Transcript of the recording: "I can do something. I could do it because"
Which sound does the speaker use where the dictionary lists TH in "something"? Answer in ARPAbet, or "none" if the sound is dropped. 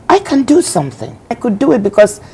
TH